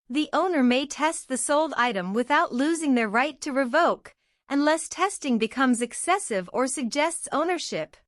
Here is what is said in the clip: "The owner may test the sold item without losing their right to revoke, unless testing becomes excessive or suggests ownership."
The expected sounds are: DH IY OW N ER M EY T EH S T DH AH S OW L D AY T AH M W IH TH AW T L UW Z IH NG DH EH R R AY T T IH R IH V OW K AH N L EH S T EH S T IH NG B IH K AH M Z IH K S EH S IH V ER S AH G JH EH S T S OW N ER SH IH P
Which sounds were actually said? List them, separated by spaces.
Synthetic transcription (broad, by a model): DH IY OW N ER M EY T EH S T DH AH S OW L D AY T AH M W IH TH AW T L UW Z IH NG DH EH R R AY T T IH R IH V OW K AH N L EH S T EH S T IH NG B IH K AH M Z IH K S EH S IH V ER S AH G JH EH S T S OW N ER SH IH P